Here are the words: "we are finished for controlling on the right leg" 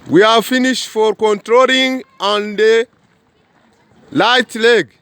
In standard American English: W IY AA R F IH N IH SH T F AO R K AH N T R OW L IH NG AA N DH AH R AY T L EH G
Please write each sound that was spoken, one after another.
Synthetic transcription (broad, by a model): W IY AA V F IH N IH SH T F AO R K AH N T R OW L IH NG AA N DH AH L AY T L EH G